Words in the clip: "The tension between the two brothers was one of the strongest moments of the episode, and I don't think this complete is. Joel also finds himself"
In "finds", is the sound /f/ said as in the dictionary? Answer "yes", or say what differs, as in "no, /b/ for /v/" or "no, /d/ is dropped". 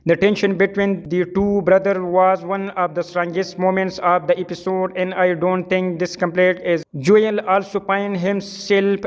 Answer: no, /p/ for /f/